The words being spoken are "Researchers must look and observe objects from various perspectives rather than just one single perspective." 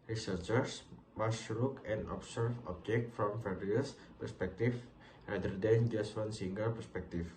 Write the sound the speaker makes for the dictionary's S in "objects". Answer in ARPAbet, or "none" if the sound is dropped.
none